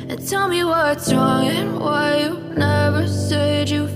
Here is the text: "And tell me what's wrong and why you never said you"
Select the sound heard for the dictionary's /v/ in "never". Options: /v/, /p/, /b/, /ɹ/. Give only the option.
/v/